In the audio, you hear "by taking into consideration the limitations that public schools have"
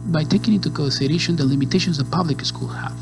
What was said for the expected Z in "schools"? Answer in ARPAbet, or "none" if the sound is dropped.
none